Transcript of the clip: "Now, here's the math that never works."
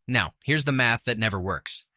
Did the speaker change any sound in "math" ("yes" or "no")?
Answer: no